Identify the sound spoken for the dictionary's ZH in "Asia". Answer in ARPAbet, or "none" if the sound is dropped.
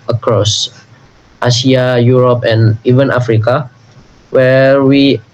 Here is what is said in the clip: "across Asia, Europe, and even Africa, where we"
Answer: S